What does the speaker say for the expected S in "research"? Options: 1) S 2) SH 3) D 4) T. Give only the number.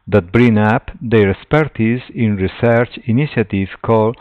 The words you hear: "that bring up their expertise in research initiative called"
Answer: 1